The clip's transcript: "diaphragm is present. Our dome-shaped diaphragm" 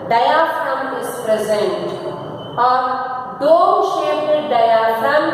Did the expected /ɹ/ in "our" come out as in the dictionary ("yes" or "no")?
yes